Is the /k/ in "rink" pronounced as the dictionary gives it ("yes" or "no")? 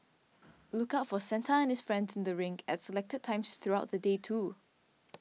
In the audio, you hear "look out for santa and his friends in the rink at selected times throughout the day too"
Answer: no